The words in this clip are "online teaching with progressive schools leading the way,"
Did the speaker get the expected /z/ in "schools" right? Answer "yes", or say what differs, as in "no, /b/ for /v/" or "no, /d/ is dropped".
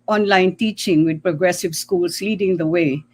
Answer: no, /s/ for /z/